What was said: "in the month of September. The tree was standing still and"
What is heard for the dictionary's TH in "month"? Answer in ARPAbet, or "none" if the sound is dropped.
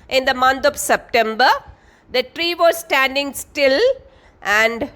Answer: T